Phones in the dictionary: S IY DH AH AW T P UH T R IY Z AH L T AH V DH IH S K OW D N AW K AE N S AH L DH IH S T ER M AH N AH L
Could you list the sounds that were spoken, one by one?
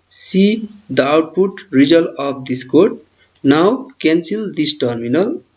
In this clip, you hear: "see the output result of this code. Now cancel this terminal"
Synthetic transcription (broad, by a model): S IY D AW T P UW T R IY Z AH L AH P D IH S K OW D N AW K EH N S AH L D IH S T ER M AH N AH L